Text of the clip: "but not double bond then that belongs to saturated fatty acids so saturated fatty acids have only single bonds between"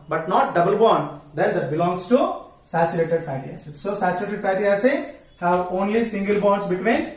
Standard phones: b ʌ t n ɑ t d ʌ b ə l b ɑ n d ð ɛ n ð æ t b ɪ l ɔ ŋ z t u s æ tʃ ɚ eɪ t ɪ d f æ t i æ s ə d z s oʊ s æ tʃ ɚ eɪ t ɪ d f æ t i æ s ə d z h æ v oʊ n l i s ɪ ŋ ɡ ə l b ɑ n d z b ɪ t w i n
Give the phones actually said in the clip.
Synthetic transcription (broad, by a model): b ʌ t n ɑ t d ʌ b ə l b ɑ n d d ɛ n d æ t b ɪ l ɔ ŋ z t u s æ tʃ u eɪ t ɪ d f æ t i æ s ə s s oʊ s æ tʃ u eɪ t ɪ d f æ t i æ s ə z h æ v oʊ n l i s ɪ ŋ ɡ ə l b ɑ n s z b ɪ t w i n